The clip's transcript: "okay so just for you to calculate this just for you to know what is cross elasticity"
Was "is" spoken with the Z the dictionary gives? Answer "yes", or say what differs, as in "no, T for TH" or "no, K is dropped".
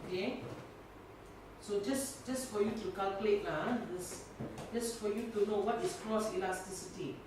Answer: no, S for Z